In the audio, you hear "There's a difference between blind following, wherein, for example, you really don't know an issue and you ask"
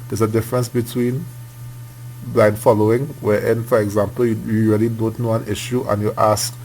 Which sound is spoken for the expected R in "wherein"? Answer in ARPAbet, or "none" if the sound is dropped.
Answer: none